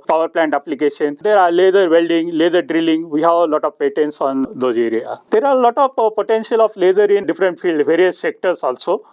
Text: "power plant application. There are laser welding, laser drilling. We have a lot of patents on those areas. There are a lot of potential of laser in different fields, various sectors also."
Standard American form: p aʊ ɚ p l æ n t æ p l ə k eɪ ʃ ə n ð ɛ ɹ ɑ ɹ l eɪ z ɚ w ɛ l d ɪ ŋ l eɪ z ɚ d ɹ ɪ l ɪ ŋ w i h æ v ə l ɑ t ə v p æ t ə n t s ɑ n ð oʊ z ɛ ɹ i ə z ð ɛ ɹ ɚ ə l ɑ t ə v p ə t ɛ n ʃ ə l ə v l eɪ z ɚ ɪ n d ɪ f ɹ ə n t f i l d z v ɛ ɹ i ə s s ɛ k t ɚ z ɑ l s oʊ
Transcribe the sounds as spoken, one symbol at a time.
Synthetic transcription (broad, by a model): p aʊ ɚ p l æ n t æ p l ə k eɪ ʃ ə n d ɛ ɹ ɑ ɹ l eɪ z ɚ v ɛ l d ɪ ŋ l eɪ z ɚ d ɹ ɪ l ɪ ŋ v i h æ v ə l ɑ t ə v p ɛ t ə n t s ɑ n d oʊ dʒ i ɹ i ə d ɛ ɹ ə l ɑ t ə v p ə t ɛ n ʃ ə l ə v l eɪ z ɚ ɪ n d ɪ f ɹ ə n t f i l d v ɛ ɹ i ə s s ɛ k t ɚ s ɑ l s oʊ